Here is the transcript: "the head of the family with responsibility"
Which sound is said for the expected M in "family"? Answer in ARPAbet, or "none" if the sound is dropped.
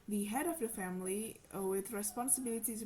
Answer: M